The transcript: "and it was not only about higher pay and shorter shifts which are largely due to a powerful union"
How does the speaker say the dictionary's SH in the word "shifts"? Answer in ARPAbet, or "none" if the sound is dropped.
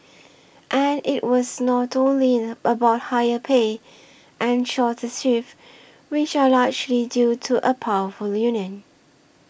S